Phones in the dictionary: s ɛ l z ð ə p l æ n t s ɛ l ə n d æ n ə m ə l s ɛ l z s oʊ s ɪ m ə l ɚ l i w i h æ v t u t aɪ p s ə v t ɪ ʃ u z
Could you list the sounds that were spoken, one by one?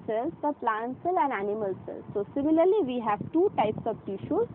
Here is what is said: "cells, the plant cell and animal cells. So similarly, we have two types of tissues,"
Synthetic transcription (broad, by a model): s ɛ l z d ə p l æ n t s ɛ l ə n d æ n ə m ə l s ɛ l s oʊ s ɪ m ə l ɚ l i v i h æ v t u t aɪ p s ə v t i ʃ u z